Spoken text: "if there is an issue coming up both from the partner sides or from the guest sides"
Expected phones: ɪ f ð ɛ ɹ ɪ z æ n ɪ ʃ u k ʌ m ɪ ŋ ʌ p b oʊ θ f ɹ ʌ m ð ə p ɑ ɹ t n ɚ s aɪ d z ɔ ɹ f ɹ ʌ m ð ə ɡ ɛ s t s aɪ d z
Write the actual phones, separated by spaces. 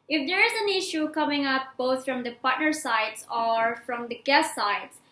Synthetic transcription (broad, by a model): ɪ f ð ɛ ɹ ɪ z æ n ɪ ʃ u k ʌ m ɪ ŋ ʌ p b oʊ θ f ɹ ʌ m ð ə p ɑ ɹ t n ɚ s aɪ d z ɔ ɹ f ɹ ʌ m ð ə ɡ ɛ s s aɪ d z